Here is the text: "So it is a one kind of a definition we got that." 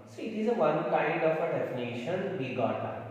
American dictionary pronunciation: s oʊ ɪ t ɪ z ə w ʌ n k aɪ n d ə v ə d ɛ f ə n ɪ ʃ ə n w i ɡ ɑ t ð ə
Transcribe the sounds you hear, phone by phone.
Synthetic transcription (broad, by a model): s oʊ ɪ t ɪ z ə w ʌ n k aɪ d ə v ə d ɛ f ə n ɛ ʃ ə n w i ɡ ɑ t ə